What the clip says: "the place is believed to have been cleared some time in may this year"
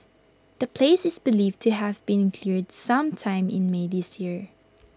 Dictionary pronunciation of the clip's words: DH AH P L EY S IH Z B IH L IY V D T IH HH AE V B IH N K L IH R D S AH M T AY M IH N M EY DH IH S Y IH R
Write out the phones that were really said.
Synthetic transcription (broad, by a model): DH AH P L EY S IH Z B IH L IY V T IH HH AE V B IH N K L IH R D S AH M T AY M IH N M EY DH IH S Y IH R